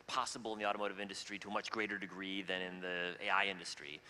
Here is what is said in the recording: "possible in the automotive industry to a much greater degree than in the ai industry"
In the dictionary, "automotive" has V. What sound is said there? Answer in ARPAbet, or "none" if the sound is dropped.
V